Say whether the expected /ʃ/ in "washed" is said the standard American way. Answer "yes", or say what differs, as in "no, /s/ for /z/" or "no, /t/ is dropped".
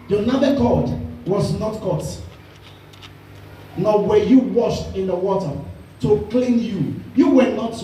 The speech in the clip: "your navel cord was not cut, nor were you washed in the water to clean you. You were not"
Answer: yes